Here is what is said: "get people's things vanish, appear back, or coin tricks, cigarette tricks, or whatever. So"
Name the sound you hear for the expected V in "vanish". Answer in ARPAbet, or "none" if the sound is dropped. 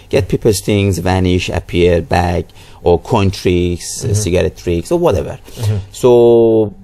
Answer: V